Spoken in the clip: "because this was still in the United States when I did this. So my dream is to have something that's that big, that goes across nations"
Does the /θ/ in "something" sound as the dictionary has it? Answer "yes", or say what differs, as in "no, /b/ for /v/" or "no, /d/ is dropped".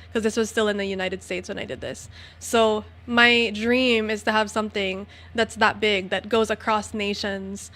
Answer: yes